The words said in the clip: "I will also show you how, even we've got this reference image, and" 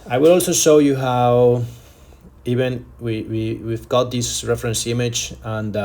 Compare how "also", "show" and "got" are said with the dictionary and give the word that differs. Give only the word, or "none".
none